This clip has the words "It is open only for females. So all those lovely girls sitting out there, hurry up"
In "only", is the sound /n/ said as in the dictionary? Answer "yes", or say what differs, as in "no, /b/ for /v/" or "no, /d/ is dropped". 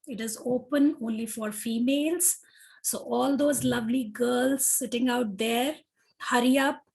yes